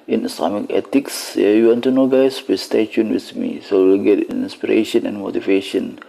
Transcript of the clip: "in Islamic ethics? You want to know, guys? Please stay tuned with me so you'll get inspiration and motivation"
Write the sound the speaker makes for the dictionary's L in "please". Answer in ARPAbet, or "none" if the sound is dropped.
none